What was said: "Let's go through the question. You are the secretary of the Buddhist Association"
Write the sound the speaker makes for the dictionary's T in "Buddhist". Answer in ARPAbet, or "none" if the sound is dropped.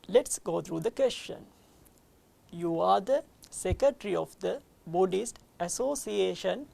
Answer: T